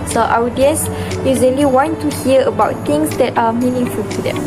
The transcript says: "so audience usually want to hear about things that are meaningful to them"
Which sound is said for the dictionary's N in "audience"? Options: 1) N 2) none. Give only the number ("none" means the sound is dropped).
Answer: 2